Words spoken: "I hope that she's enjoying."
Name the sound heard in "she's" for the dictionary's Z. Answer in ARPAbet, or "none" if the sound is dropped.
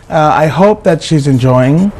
Z